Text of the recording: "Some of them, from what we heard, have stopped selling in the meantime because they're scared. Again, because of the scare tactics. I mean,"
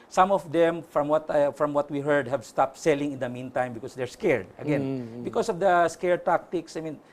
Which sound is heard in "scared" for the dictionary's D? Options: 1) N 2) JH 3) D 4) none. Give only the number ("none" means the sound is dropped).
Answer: 3